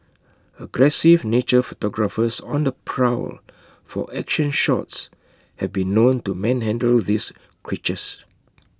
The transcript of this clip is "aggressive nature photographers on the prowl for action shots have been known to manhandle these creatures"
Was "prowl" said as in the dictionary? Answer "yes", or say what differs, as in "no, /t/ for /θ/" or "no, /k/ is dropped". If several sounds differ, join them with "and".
yes